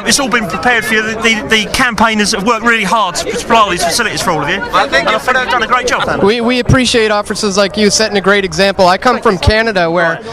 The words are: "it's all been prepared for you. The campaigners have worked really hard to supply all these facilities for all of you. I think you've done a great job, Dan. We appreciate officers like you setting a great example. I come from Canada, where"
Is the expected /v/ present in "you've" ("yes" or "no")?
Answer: no